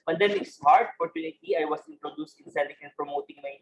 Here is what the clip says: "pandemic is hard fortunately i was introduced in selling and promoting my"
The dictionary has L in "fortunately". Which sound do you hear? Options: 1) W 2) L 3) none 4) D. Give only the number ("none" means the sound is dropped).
3